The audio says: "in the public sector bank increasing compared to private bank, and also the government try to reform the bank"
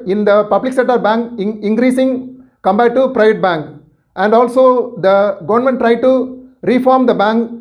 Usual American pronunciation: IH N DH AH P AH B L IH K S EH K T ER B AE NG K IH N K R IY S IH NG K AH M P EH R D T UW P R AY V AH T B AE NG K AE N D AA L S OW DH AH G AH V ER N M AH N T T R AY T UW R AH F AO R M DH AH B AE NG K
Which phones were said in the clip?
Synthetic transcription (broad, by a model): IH N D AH P AH B L IH K S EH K T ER B AE NG K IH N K R IY S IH NG K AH M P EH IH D T UW P R AY V AH T B AE NG K AE N D AA L S OW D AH G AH V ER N M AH N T T R AY T UW R AH F AO R M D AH B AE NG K